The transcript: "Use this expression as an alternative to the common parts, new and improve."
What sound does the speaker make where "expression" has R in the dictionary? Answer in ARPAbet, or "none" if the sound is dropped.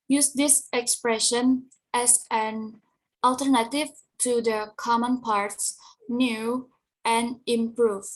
R